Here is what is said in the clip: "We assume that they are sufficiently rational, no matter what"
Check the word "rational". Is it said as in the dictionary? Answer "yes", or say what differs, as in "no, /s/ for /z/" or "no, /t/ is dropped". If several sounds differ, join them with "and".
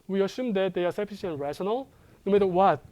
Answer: yes